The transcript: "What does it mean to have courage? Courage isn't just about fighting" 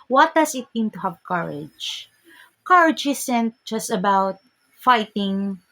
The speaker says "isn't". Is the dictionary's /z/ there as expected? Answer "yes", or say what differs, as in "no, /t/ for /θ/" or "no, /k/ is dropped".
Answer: no, /s/ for /z/